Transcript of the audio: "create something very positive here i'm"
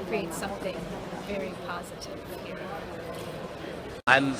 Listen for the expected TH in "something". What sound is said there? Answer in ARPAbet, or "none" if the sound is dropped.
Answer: TH